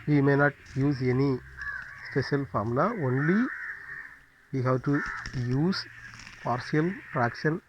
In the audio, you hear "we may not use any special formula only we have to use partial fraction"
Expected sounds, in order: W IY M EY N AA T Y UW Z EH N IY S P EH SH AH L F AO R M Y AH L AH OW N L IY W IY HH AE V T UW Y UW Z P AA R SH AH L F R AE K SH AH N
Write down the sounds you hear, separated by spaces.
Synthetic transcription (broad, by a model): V IY M EY N AA T Y UW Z EH N IY S P EH SH AH L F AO R M L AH OW N L IY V IY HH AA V T UW Y UW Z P AA R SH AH L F R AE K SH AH N